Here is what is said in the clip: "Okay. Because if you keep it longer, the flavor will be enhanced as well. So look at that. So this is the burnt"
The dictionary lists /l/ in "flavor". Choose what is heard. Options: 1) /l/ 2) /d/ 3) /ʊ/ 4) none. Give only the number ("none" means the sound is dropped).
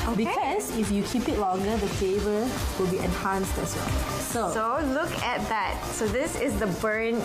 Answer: 4